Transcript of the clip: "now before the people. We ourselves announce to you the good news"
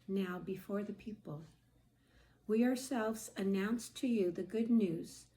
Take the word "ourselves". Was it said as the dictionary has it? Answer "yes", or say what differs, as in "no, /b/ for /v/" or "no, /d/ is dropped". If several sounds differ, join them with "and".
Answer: yes